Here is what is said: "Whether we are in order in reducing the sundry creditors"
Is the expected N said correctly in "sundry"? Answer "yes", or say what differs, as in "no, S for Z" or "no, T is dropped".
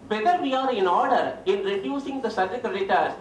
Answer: no, N is dropped